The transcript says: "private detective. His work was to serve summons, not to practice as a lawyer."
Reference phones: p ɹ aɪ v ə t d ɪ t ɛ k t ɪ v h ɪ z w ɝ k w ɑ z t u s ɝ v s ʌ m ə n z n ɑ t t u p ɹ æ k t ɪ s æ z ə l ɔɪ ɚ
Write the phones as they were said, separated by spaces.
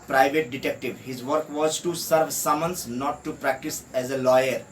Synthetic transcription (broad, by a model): p ɹ aɪ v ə t d ɪ t ɛ k t ɪ v h ɪ z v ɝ k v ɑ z t u s ɝ v s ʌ m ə n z n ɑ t t u p ɹ æ k t ɪ s æ z ə l ɔɪ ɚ